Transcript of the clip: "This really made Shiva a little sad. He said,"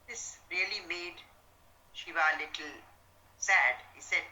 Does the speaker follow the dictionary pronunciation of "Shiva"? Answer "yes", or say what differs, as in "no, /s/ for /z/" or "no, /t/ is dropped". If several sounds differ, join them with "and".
yes